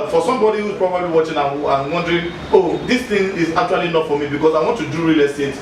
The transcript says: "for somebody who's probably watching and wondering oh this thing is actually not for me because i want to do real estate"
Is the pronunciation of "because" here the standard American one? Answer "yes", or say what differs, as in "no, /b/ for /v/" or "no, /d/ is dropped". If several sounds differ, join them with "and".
no, /s/ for /z/